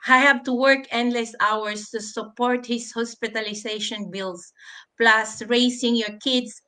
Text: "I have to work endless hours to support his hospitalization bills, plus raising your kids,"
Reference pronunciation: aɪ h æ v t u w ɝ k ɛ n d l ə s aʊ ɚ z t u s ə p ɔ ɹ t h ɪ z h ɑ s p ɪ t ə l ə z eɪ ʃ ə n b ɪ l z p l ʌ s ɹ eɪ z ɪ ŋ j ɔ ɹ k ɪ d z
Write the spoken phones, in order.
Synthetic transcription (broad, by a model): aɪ h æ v t u w ɝ k ɛ n d l ə s aʊ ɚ s t u s ə p ɔ ɹ t h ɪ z h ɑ s p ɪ t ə l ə s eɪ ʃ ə n b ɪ l s p l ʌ s ɹ eɪ s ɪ ŋ j ɔ ɹ k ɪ d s